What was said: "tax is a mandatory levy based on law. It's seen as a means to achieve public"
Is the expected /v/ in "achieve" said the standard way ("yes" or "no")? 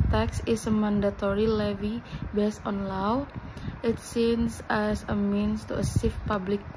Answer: no